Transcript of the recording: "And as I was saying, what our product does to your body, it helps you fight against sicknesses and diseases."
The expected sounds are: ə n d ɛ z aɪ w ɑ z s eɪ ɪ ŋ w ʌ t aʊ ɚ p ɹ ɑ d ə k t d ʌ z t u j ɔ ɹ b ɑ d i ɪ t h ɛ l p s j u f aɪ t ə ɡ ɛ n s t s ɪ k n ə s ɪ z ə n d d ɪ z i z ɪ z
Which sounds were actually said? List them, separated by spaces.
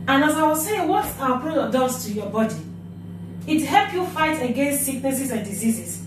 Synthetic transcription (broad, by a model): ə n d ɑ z aɪ w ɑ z s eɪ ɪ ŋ w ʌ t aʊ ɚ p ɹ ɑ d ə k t d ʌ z t u j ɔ b ɑ d i ɪ t h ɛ l p j u f aɪ t ə ɡ ɛ n s t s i k n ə s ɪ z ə n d d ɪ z i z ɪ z